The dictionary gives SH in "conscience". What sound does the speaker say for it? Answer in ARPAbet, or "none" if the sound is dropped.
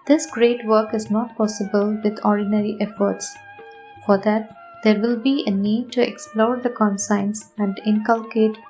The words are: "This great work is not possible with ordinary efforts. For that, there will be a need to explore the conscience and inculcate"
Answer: S